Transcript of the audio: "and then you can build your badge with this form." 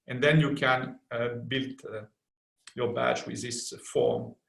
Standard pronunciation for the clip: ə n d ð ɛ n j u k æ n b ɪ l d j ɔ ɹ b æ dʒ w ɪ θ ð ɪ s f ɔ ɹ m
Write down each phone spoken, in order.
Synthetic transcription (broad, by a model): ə n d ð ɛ n j u k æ n b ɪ l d j ɔ ɹ b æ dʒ w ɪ ð ɪ s f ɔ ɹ m